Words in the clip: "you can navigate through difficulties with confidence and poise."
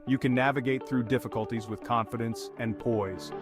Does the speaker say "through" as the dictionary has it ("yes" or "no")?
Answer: yes